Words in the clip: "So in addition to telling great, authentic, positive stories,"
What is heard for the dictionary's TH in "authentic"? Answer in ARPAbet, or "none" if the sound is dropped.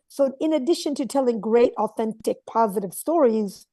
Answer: TH